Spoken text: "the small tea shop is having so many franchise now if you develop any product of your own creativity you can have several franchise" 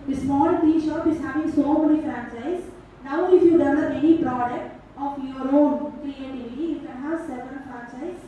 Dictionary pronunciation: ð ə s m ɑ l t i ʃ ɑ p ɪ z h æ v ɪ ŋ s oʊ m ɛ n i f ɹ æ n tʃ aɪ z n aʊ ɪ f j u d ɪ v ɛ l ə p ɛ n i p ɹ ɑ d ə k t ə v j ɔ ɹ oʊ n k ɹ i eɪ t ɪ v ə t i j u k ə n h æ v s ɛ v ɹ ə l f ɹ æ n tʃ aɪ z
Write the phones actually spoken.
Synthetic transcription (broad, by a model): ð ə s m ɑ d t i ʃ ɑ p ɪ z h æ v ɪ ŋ s oʊ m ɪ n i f ɹ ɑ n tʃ aɪ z n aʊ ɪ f j u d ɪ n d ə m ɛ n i p ɹ ɑ d ə k t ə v j ɔ ɹ oʊ n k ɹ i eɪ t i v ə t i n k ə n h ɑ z s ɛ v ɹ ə n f ɹ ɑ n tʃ aɪ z